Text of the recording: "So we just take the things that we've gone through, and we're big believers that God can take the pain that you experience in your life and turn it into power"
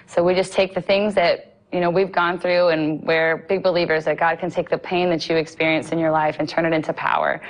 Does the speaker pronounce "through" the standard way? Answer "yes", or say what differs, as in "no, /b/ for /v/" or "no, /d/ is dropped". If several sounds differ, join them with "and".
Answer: yes